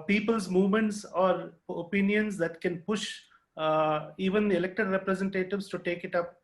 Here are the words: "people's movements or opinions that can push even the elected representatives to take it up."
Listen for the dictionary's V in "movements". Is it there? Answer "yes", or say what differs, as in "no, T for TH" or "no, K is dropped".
yes